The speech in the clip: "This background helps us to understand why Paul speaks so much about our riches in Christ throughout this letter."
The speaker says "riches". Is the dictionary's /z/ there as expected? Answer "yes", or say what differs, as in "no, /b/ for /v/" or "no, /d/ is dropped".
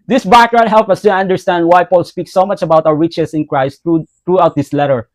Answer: no, /s/ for /z/